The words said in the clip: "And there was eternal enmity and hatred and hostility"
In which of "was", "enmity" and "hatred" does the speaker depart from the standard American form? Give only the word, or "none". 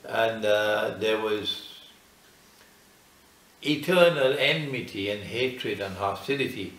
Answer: none